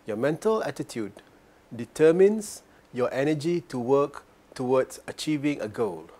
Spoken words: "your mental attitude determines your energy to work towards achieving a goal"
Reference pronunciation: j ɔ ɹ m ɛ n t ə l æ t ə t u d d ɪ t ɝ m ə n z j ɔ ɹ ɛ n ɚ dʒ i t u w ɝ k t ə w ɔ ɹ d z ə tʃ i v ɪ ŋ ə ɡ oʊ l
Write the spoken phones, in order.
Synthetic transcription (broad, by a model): j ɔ m ɛ n t ə l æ t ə t u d d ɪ t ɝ m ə n s j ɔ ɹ ɛ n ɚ dʒ i t u w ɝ k t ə w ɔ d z ə tʃ i v ɪ ŋ ə ɡ oʊ l